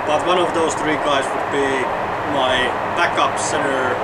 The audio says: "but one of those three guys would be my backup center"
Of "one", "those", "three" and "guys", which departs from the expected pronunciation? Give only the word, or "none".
none